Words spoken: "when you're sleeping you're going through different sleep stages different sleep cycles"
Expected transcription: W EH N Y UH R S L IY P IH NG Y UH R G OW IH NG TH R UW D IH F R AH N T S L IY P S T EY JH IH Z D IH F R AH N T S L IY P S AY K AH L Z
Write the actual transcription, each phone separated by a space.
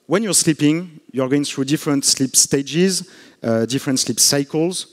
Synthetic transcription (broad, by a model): W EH N Y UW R S L IY P IH NG Y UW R G OW IH NG TH R UW D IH F R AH N T S L IY P S T EY JH IH Z D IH F R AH N T S L IY P S AY K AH L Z